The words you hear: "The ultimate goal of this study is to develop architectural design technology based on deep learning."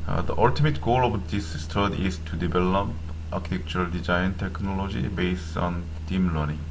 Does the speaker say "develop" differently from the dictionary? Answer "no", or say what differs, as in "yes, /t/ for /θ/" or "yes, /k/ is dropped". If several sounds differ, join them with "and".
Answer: yes, /b/ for /v/